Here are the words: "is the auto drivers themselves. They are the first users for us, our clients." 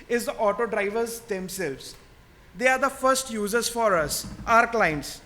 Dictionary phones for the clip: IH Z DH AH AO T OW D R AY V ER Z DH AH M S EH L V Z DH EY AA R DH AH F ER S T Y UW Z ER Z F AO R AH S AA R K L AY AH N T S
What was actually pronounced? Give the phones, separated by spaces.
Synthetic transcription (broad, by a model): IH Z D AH AO T OW D R AY V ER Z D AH M S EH L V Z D EY AA R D AH F ER S T Y UW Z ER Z F AO R AH S AA R K L AY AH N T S